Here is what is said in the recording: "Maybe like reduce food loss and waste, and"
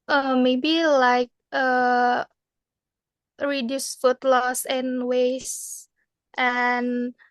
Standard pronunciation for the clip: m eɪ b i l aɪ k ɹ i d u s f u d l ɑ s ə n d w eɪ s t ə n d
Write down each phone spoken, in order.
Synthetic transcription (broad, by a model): m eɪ b i l aɪ k ɹ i d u s f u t l ɑ s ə n w eɪ s t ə n